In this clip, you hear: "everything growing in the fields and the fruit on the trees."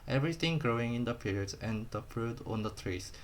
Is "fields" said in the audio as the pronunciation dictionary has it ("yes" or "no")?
no